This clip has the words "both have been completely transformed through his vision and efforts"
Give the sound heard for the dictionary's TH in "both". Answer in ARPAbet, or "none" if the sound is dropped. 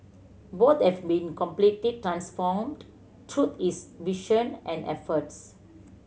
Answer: T